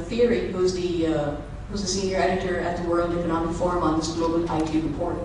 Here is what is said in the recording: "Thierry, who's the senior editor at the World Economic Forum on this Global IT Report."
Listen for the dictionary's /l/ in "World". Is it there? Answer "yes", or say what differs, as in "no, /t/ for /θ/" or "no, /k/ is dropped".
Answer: yes